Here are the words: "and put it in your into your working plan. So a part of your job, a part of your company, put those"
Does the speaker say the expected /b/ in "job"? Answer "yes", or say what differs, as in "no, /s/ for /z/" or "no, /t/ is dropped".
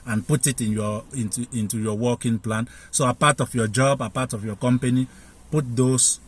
yes